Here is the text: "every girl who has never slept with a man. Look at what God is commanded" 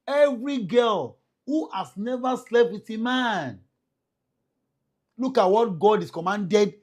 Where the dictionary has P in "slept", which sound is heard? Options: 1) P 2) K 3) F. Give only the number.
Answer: 1